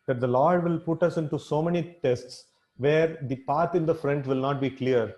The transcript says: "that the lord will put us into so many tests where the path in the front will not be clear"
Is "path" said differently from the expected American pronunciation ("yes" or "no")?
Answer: yes